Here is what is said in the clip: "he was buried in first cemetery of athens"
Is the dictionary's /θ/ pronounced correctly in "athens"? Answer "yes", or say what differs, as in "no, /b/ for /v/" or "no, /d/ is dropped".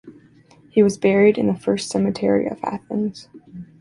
yes